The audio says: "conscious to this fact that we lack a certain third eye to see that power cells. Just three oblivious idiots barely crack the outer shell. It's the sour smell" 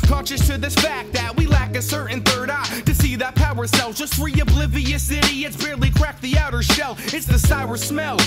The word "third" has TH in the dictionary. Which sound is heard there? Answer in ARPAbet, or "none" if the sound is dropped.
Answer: TH